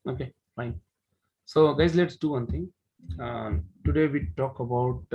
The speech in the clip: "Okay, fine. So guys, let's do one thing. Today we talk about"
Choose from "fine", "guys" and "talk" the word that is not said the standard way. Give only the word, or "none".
none